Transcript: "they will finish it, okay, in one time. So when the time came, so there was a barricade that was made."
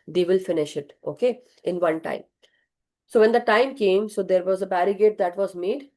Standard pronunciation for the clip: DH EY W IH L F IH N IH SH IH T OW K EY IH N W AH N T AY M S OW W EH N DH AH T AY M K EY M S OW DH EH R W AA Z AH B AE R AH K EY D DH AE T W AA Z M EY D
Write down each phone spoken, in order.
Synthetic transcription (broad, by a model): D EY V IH L F IH N IH SH IH T OW K EY IH N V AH N T AY M S OW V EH N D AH T AY M K EY M S OW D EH R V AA Z AH B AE R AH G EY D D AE T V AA Z M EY D